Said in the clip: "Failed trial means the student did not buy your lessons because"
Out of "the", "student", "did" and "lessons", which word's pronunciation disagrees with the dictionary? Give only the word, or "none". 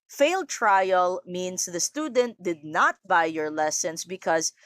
lessons